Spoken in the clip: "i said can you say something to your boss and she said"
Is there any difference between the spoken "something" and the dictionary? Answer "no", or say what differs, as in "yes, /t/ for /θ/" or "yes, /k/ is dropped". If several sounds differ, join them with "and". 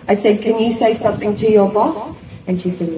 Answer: no